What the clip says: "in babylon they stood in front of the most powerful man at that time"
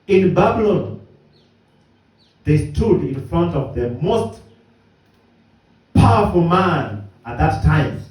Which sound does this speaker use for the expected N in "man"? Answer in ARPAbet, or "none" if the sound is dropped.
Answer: N